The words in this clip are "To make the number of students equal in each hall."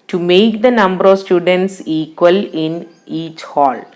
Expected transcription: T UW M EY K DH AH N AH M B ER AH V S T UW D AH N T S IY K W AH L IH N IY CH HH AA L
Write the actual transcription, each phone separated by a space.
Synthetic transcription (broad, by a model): T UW M EY K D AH N AH M B ER AH V S T UW D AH N T S IY K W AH L IH N IY CH HH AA L